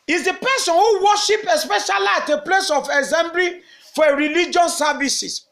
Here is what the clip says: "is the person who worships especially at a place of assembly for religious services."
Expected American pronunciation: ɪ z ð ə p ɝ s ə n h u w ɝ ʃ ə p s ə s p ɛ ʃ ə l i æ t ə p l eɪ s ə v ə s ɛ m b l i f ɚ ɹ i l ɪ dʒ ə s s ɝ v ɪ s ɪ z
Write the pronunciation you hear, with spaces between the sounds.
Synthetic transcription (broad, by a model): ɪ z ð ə p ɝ s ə n h u w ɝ ʃ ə p ə s p ɛ ʃ ə l i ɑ t ə p l eɪ s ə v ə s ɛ m b l i f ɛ ɹ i l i dʒ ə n s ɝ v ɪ s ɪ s